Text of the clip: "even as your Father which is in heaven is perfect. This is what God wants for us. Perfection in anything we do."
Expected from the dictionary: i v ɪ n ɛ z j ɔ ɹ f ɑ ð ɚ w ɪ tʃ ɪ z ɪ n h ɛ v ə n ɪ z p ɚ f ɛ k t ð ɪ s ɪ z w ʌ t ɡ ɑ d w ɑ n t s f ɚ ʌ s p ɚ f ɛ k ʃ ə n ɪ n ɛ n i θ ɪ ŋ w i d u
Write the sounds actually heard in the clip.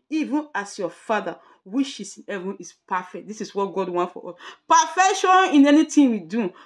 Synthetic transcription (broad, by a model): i v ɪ n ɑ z j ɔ f ɑ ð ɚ w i ʃ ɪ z ɪ n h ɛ v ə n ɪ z p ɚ f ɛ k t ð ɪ s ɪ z w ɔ t ɡ ɑ d w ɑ n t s f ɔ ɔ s p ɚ f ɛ k ʃ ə n ɪ n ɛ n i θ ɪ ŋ w i d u